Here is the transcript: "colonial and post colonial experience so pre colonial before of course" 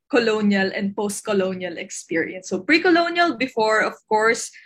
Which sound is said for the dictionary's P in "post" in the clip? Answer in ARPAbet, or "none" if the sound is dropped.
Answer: P